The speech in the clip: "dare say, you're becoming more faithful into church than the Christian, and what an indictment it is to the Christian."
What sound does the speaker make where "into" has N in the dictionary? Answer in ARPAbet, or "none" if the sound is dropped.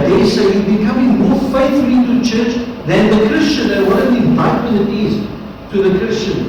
none